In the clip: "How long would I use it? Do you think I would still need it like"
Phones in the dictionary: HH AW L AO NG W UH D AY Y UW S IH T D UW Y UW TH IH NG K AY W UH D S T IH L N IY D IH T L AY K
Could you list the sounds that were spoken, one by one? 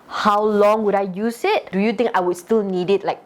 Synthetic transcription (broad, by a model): HH AW L AO NG W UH D AY Y UW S IH T D UW Y UW T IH NG K AY W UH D S T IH L N IY D IH T L AY K